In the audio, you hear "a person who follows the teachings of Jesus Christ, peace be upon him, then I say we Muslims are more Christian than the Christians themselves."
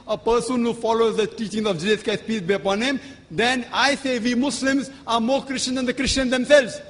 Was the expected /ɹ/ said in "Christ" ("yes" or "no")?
no